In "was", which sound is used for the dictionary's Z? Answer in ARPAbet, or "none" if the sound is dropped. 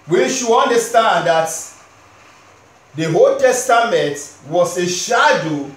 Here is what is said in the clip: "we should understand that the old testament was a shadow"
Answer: S